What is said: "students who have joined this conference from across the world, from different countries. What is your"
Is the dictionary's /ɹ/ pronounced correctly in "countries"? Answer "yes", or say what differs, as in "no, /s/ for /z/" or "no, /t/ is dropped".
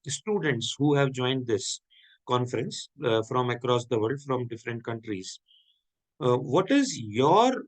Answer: yes